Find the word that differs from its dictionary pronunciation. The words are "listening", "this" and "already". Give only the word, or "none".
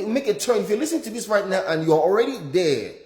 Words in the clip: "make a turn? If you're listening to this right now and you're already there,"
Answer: listening